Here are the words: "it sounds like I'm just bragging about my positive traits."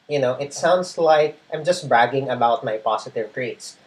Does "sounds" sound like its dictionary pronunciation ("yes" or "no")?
no